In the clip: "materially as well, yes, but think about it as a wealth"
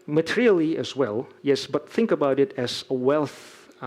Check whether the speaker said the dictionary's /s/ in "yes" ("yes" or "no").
yes